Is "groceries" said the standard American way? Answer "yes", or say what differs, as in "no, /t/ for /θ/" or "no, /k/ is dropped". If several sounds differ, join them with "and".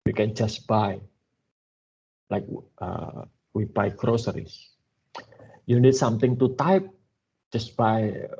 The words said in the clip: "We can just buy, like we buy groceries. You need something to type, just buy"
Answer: no, /s/ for /z/